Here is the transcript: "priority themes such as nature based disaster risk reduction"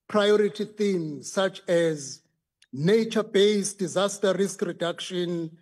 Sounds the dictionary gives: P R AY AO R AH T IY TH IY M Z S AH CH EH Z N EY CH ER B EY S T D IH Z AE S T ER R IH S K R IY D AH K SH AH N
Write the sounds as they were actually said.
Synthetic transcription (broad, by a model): P R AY AO R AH T IY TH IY M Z S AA CH EH Z N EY CH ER B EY S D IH Z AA S T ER R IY S K R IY D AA K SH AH N